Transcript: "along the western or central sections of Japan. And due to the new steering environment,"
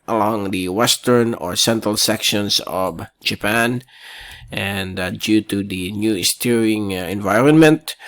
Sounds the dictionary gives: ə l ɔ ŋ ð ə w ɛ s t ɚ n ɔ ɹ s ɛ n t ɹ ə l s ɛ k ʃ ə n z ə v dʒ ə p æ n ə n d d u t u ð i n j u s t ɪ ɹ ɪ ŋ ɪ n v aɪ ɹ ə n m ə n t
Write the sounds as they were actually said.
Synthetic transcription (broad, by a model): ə l ɔ ŋ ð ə w ɛ s t ɚ n ɔ ɹ s ɛ n t ɹ ə l s ɛ k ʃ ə n s ə v dʒ ə p æ n ə n d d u t u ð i n j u s t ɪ ɹ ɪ ŋ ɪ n v aɪ ɹ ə n m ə n t